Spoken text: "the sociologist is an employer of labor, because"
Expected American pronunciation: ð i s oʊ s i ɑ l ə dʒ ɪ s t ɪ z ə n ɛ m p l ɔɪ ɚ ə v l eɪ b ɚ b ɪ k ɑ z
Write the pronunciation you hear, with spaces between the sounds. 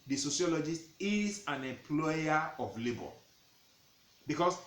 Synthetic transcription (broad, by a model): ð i s oʊ s i ɑ l ə dʒ ɪ s t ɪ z ə n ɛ m p l ɔɪ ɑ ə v l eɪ b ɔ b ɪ k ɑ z